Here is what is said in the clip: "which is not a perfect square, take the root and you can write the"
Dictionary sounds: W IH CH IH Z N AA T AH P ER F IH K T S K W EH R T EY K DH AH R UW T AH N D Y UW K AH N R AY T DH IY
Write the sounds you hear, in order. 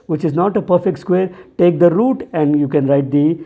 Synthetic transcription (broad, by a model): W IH CH IH Z N AA T AH P ER F IH K T S K W EH R T EY K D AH R UW T AH N D Y UW K AH N R AY T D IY